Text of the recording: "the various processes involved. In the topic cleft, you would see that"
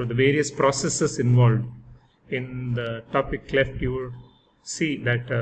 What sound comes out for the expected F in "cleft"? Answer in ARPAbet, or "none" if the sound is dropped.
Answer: F